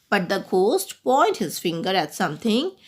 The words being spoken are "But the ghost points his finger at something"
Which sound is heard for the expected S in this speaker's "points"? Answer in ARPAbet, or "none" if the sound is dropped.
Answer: none